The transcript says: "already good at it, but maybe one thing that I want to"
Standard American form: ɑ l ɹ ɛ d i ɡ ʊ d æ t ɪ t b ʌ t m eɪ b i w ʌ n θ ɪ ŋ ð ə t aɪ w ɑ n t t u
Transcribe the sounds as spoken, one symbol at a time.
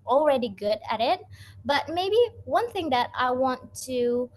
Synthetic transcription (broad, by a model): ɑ l ɹ ɛ d i ɡ ʊ d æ t ɪ t b ʌ t m eɪ b i w ʌ n θ ɪ ŋ ð ə t aɪ w ɑ n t t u